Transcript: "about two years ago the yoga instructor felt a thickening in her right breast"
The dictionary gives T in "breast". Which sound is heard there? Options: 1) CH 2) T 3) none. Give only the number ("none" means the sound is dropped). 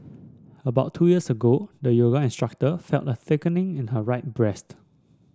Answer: 2